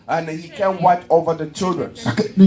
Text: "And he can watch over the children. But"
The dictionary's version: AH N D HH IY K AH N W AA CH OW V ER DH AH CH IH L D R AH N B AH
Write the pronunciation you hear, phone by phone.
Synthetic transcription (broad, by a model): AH N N HH IY K AH N W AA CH OW V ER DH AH CH IH L D R AH N